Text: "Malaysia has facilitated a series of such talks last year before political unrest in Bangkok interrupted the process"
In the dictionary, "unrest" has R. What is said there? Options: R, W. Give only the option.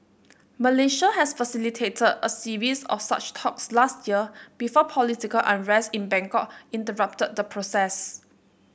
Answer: R